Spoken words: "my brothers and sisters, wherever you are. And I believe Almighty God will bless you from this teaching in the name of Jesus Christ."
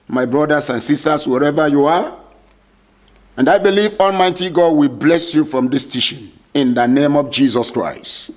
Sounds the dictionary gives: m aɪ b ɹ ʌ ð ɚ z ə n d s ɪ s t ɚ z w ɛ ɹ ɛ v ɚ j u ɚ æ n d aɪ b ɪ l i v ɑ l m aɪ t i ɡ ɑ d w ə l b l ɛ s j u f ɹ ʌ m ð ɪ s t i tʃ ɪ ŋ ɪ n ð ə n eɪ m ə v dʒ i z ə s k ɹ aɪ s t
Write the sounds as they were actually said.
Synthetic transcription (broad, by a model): m aɪ b ɹ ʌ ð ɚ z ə n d s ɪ s t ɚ s w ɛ ɹ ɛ v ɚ j u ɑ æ n d aɪ b ɪ l i v ɑ l m aɪ t i ɡ ɑ d w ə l b l ɛ s j u f ɹ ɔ m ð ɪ s t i ʃ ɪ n ɪ n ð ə n eɪ m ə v dʒ i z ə s k ɹ aɪ s t